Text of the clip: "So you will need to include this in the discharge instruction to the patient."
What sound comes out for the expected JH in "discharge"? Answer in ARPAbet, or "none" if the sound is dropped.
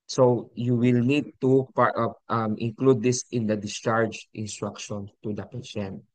JH